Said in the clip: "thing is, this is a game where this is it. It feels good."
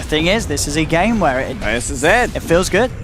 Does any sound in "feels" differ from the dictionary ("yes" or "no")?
no